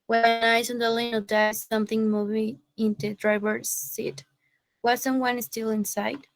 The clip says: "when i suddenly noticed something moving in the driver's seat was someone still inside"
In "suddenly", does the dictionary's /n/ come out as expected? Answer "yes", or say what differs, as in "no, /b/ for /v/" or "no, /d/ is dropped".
no, /n/ is dropped